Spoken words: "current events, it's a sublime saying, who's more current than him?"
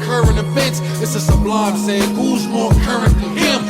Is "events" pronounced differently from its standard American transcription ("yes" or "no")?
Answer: yes